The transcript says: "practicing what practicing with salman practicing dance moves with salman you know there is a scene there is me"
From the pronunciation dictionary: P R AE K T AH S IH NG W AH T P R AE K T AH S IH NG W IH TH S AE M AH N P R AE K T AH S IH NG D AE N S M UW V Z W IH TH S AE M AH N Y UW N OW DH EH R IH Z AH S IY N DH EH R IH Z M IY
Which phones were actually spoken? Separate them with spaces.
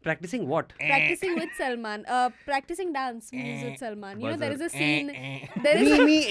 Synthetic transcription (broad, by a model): P R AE K T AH S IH NG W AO T P R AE K T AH S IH NG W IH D S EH M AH N P R AE K T AH S IH NG D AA N S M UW Z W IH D S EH M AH N Y UW N OW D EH R IH Z AH S IY N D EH R IH Z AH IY